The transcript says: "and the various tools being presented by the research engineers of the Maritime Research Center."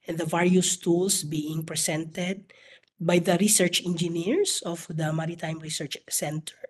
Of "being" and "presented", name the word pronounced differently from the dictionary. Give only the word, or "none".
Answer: presented